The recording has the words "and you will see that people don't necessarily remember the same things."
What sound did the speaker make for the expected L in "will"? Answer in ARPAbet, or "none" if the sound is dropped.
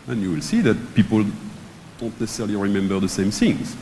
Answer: L